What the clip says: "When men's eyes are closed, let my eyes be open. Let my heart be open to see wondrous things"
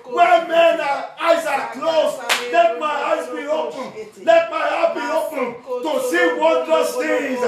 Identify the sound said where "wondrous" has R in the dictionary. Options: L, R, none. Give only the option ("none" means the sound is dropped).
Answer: none